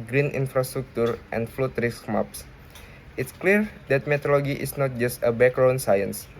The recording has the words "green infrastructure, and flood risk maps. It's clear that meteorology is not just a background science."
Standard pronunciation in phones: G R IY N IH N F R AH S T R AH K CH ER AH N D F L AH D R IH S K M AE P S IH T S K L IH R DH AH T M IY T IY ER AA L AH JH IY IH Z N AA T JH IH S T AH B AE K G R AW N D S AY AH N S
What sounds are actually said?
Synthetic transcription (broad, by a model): G R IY N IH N F R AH S T R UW K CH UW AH N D F L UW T R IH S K M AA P S IH T S K L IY R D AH T M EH T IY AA L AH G IY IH S N AA T JH IH S T AH B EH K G R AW N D S AY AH N S